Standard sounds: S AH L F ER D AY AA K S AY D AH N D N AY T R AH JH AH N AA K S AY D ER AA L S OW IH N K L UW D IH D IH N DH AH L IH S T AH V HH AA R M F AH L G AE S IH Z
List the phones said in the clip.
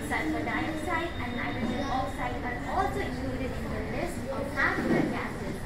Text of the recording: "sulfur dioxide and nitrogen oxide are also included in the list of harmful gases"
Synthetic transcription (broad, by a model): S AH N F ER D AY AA S AY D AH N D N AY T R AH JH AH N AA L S AY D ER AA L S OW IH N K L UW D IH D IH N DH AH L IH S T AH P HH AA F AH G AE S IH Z